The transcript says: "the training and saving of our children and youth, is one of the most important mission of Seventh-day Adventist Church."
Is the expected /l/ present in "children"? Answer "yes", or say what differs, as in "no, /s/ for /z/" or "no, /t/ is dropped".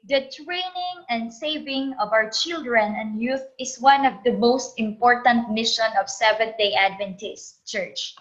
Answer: yes